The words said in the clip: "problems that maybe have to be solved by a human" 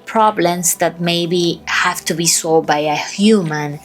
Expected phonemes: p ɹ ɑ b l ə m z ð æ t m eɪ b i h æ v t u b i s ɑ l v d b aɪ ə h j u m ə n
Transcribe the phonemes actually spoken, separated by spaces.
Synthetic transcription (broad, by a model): p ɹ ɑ b l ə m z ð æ t m eɪ b i h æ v t u b i s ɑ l d b aɪ ə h j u m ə n